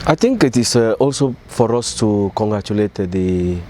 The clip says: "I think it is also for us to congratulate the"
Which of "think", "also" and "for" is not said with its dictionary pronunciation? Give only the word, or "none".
think